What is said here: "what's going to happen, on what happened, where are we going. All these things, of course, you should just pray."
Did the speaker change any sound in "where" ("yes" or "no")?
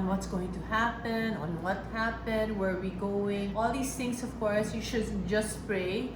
no